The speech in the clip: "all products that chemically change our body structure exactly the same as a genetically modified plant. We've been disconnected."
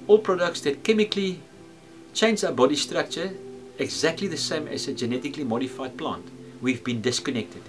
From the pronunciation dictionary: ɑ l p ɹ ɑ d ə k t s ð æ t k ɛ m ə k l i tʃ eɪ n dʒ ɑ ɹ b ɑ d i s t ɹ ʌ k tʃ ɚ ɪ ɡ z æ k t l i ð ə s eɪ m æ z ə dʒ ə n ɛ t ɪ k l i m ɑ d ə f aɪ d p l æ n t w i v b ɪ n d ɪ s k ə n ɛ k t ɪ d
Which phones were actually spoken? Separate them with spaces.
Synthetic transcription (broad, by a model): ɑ l p ɹ ɑ d ə k t s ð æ t k ɛ m ə k l i tʃ eɪ n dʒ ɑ b ɑ d i s t ɹ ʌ k tʃ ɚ ɪ ɡ z æ k t l i ð ə s eɪ m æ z ə dʒ ə n ɛ t ɪ k l i m ɑ d ə f aɪ d p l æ n t w i v b ɪ n d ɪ s k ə n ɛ k t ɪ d